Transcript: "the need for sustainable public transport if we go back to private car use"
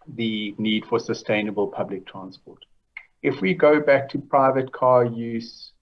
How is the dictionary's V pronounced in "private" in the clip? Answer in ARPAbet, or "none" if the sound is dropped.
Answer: V